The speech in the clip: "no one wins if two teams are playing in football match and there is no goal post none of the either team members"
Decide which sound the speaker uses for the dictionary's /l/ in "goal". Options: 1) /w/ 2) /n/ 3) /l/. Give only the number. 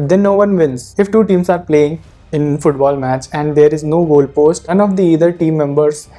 3